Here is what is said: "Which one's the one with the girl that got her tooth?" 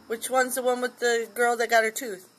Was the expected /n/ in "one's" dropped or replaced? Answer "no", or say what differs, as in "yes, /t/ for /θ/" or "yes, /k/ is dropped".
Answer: no